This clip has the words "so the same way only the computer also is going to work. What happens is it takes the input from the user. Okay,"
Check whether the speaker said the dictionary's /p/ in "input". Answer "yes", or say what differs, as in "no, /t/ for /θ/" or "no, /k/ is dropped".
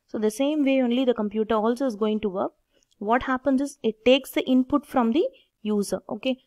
yes